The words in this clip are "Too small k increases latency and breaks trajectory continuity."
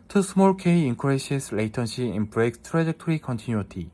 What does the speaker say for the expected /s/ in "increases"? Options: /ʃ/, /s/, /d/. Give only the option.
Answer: /ʃ/